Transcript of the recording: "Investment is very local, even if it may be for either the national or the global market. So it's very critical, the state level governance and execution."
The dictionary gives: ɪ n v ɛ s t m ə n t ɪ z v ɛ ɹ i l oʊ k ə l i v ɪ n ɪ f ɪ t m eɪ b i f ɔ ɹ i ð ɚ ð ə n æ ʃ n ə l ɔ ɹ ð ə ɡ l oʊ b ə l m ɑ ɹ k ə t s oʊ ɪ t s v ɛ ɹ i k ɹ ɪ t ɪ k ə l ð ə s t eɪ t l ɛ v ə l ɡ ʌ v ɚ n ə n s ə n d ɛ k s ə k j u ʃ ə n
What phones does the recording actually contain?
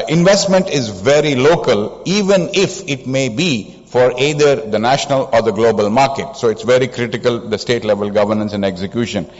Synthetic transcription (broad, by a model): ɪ n v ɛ s t m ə n t ɪ z v ɛ ɹ i l oʊ k ə l i v ɪ n ɪ f ɪ t m eɪ b i f ɔ ɹ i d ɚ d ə n æ ʃ n ə l ɔ ɹ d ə ɡ l oʊ b ə l m ɑ ɹ k ə t s oʊ ɪ t s v ɛ ɹ i k ɹ ɪ t ɪ k ə l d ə s t eɪ t l ɛ v ə l ɡ ʌ v ɚ n ə n s ə n d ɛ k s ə k j u ʃ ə n